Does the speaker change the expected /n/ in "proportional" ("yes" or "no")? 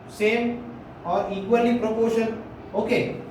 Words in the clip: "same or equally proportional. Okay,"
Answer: yes